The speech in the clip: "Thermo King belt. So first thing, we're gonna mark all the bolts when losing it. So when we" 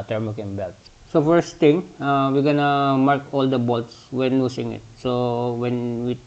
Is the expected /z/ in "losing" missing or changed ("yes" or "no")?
yes